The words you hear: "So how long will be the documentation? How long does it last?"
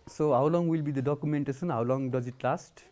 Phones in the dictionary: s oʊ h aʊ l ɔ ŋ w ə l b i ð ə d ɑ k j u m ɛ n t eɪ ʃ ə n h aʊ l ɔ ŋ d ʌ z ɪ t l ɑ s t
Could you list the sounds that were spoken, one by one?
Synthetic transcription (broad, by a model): s oʊ h aʊ l ɔ ŋ w ə l b i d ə d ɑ k j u m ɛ n t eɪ s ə n h aʊ l ɔ ŋ d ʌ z ɪ t l ɑ s t